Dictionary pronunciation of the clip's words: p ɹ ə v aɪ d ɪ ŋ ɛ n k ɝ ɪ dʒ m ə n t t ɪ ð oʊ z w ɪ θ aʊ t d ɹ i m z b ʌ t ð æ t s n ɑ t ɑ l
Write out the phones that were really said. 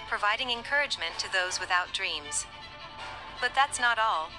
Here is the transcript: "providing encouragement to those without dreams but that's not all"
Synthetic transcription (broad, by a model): p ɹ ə v aɪ d ɪ ŋ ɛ n k ɝ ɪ dʒ m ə n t t ɪ ð oʊ z w ɪ θ aʊ t d ɹ i m z b ʌ t ð æ t s n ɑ t ɑ l